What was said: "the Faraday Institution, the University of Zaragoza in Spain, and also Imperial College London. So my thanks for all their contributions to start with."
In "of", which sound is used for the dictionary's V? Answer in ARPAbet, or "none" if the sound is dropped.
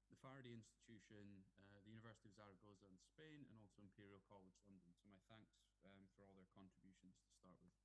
V